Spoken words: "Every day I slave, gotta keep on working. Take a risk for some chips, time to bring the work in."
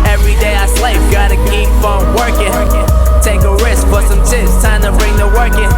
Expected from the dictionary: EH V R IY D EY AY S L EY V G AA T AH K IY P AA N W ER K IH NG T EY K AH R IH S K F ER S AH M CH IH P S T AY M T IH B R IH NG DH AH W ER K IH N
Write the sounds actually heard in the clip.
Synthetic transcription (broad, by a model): EH V R IY D EY AY S L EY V G AA T AH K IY F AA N W ER K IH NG T EY K AH R IH S K F ER S AH M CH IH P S T AY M T IH B R IH NG DH AH W ER K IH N